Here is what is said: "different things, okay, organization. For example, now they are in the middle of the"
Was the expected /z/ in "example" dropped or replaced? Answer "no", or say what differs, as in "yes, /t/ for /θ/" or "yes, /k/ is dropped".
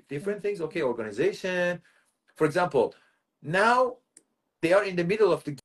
no